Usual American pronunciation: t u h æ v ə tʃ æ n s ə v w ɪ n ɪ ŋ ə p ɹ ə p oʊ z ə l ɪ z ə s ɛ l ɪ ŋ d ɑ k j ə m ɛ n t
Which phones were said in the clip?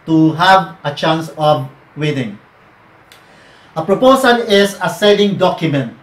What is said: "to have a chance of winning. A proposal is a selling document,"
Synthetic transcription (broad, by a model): t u h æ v ə tʃ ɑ n s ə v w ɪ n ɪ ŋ ə p ɹ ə p oʊ s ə l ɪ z ə s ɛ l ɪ ŋ d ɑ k j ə m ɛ n t